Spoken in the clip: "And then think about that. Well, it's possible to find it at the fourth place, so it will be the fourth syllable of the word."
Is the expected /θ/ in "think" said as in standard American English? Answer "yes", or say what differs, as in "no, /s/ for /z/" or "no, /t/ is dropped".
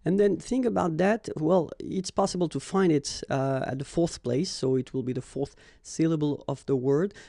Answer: yes